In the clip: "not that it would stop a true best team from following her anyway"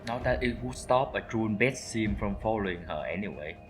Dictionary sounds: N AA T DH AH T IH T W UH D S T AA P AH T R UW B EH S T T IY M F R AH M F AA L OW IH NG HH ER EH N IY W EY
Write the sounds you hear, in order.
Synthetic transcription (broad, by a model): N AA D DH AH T IH T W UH S T AA P AH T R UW B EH T S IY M F R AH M F AA L OW IH NG HH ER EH N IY W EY